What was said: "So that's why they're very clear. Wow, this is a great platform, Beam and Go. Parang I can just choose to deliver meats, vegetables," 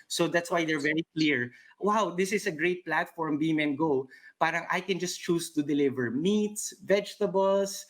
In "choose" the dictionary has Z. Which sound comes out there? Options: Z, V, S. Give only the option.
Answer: S